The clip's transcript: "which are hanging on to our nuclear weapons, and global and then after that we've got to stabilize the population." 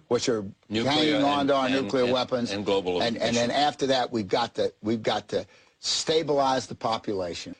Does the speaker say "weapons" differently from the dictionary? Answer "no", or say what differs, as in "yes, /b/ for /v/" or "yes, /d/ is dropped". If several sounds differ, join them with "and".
no